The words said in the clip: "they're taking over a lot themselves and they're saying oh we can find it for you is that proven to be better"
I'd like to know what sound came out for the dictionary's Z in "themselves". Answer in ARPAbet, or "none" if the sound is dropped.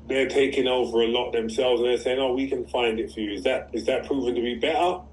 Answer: Z